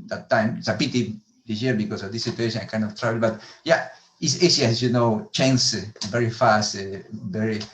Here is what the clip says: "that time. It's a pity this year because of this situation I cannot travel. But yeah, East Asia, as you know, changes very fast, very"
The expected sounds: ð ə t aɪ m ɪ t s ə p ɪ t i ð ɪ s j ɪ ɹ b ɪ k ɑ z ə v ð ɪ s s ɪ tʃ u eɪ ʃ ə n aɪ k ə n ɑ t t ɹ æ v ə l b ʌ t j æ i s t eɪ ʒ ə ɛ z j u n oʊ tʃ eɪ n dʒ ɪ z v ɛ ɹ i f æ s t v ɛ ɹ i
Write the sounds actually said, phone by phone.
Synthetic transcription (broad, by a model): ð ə t aɪ m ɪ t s ə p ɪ t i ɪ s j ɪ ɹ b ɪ k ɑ s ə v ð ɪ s s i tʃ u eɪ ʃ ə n aɪ k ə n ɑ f t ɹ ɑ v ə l b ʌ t j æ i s eɪ s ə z j u n oʊ tʃ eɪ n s v ɛ ɹ i f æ s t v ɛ ɹ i